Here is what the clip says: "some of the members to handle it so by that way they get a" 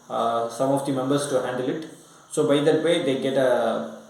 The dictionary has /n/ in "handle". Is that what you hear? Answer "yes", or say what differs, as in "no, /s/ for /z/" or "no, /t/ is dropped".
yes